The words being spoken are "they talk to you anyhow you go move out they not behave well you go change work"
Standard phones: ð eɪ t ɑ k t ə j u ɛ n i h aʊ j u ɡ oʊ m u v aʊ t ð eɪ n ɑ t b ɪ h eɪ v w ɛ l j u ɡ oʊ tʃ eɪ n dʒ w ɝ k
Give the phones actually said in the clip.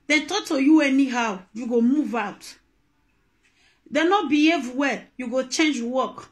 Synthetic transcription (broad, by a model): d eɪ t ɑ k t ə j u ɛ n i h aʊ j u ɡ oʊ m u v aʊ t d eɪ n ɑ t b ɪ h eɪ v w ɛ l j u ɡ oʊ tʃ eɪ n dʒ w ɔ k